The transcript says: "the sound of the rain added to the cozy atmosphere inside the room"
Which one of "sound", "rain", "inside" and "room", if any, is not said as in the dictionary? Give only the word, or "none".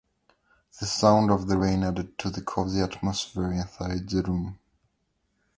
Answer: inside